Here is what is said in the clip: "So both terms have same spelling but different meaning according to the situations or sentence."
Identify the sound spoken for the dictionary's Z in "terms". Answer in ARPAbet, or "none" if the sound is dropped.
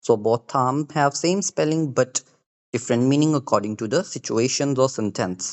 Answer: none